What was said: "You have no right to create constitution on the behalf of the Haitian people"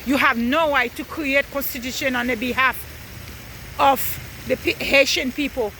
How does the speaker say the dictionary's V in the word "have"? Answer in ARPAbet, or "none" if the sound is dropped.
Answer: V